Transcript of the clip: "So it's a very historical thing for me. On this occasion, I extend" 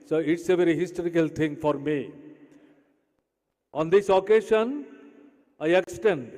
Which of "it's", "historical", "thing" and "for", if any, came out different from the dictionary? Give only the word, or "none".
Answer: thing